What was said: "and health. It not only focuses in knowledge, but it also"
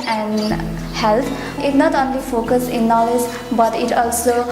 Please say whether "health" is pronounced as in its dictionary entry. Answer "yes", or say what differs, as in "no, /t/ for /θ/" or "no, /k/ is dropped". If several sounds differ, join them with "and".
no, /t/ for /θ/